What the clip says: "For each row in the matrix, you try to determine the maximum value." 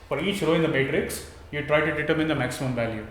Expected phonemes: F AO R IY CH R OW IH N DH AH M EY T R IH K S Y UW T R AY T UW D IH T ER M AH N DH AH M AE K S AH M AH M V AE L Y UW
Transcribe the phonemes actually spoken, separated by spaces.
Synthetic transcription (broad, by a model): F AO R IY CH R OW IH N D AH M EY T R IH K S Y UW T R AY T UW D IH T ER M AH N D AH M AE K S AH M AH M V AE L Y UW